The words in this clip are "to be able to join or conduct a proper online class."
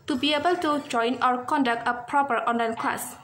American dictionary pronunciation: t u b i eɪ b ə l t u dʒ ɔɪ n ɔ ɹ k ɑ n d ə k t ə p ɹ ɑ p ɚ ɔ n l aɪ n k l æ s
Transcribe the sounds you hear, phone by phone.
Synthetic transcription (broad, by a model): t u b i eɪ b ə l t u dʒ ɔɪ n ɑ w k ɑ n d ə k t ə p ɹ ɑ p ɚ ɔ n l aɪ n k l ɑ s